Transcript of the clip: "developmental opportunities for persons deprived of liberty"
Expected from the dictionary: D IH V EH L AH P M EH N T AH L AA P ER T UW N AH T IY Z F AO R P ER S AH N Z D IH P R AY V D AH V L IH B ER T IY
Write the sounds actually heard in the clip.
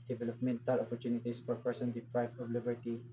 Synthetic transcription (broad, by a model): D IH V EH L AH P M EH N T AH L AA P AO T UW N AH T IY S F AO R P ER S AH N D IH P R AY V AH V L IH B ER T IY